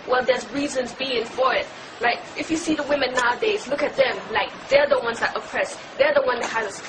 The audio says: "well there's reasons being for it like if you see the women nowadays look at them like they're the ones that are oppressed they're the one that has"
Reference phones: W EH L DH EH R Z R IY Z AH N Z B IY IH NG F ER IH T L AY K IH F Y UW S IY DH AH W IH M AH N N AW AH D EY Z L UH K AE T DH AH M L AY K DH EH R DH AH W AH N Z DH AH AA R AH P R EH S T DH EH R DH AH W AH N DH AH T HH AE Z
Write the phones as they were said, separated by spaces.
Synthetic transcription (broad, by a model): W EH L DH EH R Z R IY Z AH N Z B IY IH NG F ER IH T L AY K IH F Y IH S IY DH AH W IH M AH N N AW AH D EY Z L UH K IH T DH AH M L AY K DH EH R DH AH W AH N Z DH AH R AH P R EH S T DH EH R DH AH W AH N DH AH T HH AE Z